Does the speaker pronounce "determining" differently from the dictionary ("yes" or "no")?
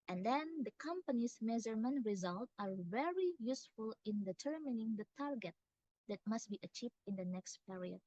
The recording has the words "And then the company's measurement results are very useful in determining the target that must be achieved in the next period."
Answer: no